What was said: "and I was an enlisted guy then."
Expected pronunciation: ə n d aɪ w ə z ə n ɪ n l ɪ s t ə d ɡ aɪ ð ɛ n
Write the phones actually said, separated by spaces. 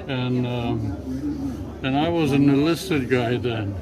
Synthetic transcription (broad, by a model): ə n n aɪ w ə z ə n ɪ l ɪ s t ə d ɡ aɪ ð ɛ n